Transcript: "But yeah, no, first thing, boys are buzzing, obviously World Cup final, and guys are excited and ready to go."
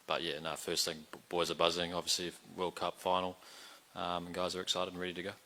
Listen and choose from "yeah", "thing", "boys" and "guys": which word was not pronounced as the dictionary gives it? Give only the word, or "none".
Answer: none